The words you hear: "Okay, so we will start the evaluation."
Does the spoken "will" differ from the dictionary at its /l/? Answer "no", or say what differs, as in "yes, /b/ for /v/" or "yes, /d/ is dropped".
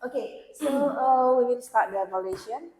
yes, /n/ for /l/